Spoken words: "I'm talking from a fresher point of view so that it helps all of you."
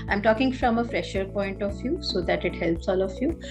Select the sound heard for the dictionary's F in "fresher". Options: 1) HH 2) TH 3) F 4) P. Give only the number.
3